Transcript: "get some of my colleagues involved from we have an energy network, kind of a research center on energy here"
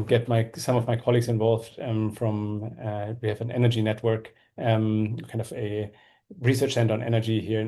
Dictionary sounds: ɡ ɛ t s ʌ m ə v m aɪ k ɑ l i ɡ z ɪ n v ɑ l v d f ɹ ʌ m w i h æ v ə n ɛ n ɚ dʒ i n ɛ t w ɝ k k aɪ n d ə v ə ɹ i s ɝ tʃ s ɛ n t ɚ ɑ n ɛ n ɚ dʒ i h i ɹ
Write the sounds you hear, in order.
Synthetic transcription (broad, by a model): ɡ ɛ t s ʌ m ə v m aɪ k ɑ l i ɡ z ɪ n v ɑ l v d f ɹ ʌ m w i h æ v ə n ɛ n ɚ dʒ i n ɛ t w ɝ k k aɪ n d ə v ə ɹ i s ɝ tʃ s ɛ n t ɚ n ɛ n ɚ dʒ i h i ɹ